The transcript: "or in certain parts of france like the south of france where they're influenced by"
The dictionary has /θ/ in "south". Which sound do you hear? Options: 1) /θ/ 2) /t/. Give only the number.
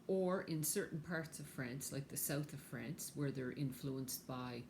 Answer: 1